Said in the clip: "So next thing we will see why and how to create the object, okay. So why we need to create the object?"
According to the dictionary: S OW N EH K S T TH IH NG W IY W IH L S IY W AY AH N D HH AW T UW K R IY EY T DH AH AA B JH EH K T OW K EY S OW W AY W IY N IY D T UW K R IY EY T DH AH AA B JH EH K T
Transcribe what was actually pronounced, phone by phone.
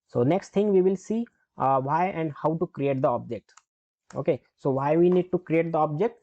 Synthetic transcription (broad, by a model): S OW N EH K S T T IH NG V IY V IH L S IY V AY AH N D HH AW T UW K R IY EY T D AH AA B JH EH K T OW K EY S OW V AY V IY N IY D T UW K R IY EY T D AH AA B JH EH K T